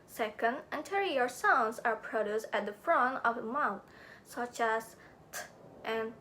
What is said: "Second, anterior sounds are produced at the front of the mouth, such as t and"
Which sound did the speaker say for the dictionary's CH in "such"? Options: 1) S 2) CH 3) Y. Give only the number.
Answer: 2